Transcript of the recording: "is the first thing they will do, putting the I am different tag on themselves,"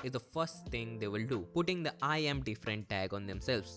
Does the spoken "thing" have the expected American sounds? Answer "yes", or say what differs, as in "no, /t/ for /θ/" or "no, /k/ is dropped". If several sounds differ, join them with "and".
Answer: no, /t/ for /θ/